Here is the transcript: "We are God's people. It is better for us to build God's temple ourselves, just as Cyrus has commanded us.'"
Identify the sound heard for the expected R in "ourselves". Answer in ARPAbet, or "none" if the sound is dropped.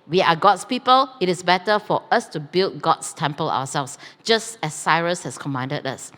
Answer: W